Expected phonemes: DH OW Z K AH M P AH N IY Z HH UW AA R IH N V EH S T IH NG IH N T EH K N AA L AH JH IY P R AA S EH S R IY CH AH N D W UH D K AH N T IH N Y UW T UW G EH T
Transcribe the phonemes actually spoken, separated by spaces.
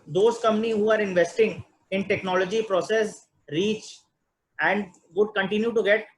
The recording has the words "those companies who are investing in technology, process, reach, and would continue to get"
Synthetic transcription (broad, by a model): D OW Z K AH M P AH N IY HH UW AA R IH N V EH S T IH NG IH N T EH K N AA L AH JH IY P R AA S EH S R IY CH AH N D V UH D K AH N T IH N Y UW T UW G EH T